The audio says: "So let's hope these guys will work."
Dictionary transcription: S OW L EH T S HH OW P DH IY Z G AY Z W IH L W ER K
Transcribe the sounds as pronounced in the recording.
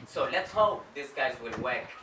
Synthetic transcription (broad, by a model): S OW L EH T S HH OW P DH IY S G AY Z W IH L W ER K